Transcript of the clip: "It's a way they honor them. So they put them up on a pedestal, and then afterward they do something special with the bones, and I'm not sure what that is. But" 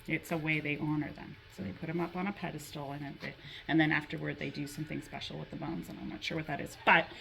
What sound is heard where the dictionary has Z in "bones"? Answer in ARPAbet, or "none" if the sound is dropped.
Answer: Z